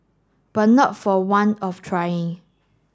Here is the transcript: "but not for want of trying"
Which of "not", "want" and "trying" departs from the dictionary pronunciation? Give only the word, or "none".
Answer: want